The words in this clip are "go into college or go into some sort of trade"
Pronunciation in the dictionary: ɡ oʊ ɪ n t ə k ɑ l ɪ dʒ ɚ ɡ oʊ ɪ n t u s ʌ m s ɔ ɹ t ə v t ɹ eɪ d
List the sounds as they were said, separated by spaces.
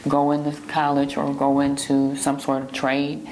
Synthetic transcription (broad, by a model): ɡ oʊ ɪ n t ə k ɑ l ɪ dʒ ɚ ɡ oʊ ɪ n t u s ʌ m s ɔ ɹ t ə v t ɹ eɪ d